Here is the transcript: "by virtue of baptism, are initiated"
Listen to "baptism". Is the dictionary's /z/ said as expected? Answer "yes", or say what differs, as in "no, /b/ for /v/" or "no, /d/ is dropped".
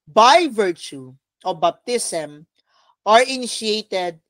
no, /s/ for /z/